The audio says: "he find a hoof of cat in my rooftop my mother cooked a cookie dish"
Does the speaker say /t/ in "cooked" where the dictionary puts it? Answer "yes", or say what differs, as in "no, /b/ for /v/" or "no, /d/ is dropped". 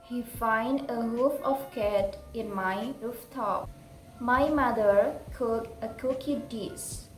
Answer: no, /t/ is dropped